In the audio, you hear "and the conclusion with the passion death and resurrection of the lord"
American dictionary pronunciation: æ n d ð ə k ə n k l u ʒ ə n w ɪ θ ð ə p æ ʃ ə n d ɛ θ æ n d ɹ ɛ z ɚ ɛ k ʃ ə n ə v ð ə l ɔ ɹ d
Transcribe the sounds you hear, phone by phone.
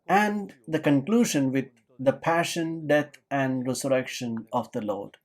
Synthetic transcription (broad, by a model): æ n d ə k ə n k l u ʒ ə n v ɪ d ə p æ ʃ ə n d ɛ t æ n d ɹ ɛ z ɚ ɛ k ʃ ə n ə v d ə l ɔ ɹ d